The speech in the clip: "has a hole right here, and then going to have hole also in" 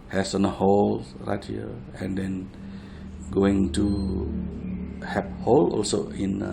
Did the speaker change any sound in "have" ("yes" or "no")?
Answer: yes